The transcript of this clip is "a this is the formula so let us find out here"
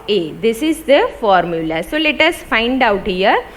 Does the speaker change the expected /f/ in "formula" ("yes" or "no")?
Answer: no